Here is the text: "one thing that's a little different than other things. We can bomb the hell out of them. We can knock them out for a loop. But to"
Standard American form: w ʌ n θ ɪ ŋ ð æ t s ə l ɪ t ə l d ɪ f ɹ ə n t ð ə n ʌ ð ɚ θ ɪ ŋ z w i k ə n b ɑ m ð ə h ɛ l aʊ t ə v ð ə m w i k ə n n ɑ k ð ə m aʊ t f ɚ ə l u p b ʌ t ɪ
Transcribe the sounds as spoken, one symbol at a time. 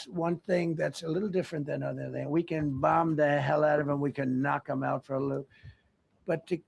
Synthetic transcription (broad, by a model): w ʌ n θ ɪ ŋ ð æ t s ə l ɪ t l d ɪ f ɹ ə n ð ə n ʌ ð ɚ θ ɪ ŋ w i k ə n b ɑ m ð ə h ɛ l aʊ t ə v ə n w i k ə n n ɑ k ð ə m aʊ t f ɚ ə l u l b ʌ t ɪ